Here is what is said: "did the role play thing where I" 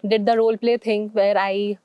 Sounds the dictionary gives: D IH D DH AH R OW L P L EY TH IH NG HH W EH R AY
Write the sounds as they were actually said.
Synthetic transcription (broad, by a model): D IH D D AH R OW L P L EY T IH NG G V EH R AY